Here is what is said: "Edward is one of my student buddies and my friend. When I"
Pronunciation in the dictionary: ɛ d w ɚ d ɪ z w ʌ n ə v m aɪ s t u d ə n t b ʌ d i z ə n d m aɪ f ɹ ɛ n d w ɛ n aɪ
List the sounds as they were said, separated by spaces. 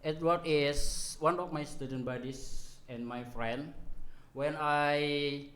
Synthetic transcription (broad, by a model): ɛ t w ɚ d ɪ s w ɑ n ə f m aɪ s t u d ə n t b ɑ d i s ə n m aɪ f ɹ ɛ n d w ɛ n aɪ